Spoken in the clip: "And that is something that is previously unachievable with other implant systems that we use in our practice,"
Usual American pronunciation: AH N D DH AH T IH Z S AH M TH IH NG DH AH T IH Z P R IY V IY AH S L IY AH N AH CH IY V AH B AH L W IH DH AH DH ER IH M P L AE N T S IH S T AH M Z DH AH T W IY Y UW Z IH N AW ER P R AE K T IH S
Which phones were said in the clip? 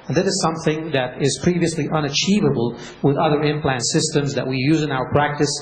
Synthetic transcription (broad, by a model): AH N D DH AH T IH Z S AH M TH IH NG DH AH T IH Z P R IY V IY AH S L IY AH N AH CH IY V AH B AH L W IH DH AH DH ER IH M P L AE N T S IH S T AH M Z DH AH T W IY Y UW Z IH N AW ER P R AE K T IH S